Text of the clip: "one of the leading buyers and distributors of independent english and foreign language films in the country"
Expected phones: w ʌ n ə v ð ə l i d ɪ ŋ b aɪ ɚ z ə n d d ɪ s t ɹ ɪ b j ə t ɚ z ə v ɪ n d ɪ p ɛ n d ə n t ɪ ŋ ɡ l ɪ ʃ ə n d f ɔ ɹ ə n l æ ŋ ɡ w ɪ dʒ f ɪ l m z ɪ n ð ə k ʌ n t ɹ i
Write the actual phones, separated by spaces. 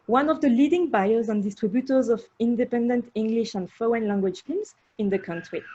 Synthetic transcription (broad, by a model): w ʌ n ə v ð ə l i d ɪ ŋ b aɪ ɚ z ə n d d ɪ s t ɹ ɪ b j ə t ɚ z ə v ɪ n d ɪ p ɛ n d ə n t ɪ ŋ ɡ l ɪ ʃ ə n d f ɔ ə n l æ ŋ ɡ w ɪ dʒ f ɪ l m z ɪ n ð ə k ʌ n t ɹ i